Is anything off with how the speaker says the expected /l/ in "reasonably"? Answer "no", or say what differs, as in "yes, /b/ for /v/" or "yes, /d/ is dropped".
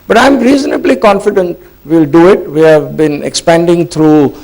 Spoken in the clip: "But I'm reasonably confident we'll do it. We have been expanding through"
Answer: no